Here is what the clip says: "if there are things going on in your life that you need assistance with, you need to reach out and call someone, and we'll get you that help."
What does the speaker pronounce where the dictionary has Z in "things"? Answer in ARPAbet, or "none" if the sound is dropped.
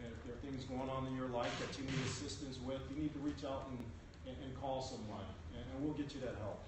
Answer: Z